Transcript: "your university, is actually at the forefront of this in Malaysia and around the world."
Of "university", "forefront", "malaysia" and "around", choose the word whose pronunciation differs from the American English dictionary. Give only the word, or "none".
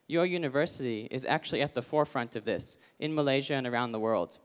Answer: none